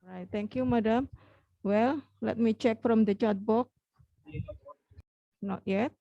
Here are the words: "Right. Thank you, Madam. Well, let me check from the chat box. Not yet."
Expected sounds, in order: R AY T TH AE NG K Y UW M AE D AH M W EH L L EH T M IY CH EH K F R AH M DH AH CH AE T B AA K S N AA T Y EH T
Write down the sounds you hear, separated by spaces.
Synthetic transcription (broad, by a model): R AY T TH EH NG K Y UW M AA D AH M W EH L L EH T M IY CH EH K F R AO M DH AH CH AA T B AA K N AA T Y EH T